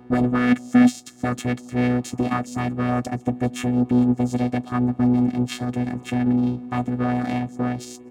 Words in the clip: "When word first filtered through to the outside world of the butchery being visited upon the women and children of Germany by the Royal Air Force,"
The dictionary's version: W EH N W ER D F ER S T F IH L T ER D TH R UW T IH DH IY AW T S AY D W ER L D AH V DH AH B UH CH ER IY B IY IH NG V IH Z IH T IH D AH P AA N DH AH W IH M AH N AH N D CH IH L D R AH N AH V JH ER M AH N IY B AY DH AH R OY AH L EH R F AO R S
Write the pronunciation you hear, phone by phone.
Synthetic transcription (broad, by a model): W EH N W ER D F ER S T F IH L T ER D TH R UW T IH DH IY AW T S AY D W ER L D AH V DH AH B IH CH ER IY B IY IH NG V IH Z IH T IH D AH P AA N DH AH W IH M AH N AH N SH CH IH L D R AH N AH V JH ER M AH N IY B AY DH AH R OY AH L EH R F AO R S